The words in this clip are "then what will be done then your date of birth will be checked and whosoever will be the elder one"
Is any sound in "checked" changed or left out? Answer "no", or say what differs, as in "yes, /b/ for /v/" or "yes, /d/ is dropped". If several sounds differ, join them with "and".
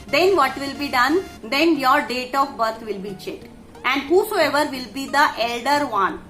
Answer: yes, /k/ is dropped